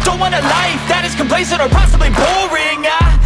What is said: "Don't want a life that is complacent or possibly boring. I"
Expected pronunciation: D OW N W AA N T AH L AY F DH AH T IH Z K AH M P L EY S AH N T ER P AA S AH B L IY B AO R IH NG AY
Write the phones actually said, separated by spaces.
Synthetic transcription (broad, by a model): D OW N W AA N AH L AY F DH AH T IH Z K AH M P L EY S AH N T ER P AA S AH B L IY B AO R IH NG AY